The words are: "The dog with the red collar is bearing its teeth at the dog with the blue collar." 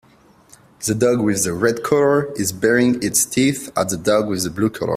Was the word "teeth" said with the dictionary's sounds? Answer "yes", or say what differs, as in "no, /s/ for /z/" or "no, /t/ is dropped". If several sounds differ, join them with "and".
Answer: yes